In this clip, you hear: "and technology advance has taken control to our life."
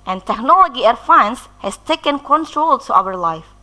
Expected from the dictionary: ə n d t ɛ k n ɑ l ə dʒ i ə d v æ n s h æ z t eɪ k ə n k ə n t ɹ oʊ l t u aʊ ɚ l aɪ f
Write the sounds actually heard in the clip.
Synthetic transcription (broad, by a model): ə n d t ɛ k n ɑ l ə dʒ i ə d f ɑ n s h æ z t eɪ k ə n k ə n t ɹ oʊ l t u aʊ ɚ l aɪ f